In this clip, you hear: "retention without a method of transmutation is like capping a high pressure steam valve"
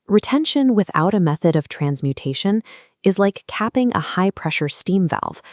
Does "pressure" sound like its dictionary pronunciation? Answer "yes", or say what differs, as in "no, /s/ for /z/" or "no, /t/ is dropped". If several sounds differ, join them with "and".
yes